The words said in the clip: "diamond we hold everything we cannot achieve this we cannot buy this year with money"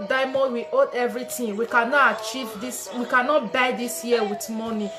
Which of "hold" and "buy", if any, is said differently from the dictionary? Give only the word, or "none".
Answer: hold